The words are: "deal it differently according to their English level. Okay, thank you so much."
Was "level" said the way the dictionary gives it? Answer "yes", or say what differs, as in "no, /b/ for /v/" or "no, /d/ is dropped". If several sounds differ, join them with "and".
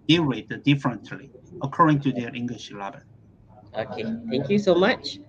no, /b/ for /v/ and /n/ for /l/